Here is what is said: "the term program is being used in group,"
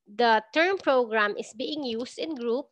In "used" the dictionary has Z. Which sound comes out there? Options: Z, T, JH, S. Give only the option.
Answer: S